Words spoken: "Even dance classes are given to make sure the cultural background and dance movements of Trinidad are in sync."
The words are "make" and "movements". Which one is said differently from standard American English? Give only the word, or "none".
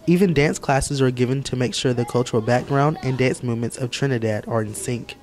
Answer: none